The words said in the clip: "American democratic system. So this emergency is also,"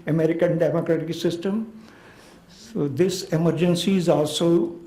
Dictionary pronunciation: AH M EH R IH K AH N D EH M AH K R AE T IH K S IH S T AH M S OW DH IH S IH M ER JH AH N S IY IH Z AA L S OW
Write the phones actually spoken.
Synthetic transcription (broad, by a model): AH M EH R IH K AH N D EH M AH K R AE T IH K S IH S T AH M S OW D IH S IH M ER JH AH N S IY IH Z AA L S OW